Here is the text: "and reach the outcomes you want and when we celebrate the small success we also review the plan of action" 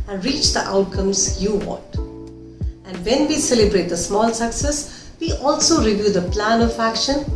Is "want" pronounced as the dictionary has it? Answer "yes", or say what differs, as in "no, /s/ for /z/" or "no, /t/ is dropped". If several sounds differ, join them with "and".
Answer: no, /n/ is dropped